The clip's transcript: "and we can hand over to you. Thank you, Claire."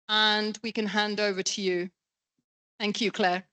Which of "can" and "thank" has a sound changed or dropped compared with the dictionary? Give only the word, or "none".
none